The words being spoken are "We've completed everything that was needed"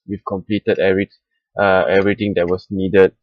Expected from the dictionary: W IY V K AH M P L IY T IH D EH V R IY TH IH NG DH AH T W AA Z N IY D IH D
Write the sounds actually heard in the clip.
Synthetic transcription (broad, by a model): W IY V K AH M P L IY T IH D EH V R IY T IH NG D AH T W AA S N IY D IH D